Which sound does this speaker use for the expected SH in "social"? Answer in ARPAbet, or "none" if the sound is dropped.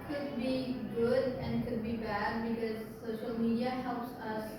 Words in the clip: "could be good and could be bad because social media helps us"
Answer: SH